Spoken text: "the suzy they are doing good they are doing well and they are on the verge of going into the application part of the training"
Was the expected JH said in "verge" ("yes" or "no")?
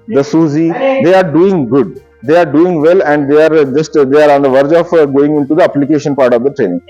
yes